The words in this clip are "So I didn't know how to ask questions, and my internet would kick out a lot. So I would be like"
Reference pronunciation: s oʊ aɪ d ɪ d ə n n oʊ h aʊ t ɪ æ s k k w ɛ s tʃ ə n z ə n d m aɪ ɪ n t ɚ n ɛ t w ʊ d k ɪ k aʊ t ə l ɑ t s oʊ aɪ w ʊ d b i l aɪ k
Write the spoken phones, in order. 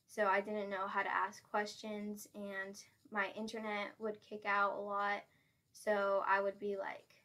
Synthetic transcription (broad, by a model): s oʊ aɪ d ɪ d n n oʊ h aʊ t ɪ æ s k k w ɛ s tʃ ə n z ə n m aɪ ɪ n t ɚ n ɛ t w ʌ d k ɪ k aʊ t ə l ɑ t s oʊ aɪ w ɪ d b i l aɪ k